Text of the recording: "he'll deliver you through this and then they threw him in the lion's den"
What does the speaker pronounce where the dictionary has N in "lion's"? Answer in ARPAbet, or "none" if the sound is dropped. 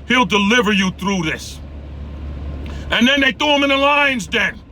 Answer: N